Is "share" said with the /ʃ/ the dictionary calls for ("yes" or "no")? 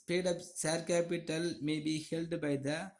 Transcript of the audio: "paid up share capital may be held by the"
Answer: no